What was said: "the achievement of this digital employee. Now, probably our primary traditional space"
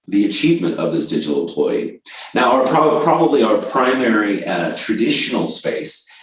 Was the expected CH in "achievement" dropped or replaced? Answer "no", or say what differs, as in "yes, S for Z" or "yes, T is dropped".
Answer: no